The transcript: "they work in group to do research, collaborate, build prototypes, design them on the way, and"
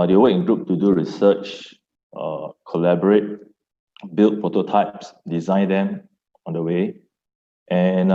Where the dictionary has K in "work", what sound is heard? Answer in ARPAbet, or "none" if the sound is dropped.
none